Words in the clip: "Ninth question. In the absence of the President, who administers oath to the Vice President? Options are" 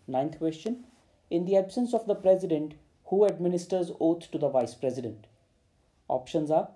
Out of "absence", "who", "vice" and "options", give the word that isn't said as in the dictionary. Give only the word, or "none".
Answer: none